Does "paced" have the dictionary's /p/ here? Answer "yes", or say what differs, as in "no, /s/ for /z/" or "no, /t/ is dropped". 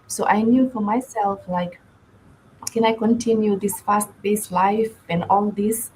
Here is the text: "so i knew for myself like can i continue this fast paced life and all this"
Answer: no, /b/ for /p/